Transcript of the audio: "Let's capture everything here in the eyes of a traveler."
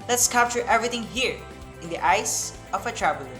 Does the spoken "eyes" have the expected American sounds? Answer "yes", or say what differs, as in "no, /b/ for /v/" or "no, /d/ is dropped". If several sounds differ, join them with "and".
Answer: no, /s/ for /z/